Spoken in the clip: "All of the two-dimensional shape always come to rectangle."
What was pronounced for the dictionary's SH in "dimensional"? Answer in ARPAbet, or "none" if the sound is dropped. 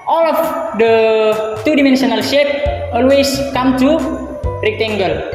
S